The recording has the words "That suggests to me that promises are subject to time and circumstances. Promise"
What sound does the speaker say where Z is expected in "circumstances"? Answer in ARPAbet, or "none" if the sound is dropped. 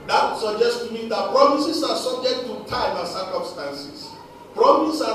S